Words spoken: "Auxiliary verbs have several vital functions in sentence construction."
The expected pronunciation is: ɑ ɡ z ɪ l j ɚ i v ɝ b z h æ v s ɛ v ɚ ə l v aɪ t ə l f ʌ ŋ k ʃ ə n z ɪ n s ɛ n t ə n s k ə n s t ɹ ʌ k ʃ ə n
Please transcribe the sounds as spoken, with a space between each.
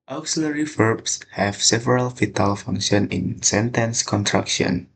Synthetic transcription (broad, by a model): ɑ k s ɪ l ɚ i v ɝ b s h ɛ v s ɛ v ɚ ə l f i t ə l f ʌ ŋ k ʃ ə n ɪ n s ɛ n t ə n s k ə n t ɹ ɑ k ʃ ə n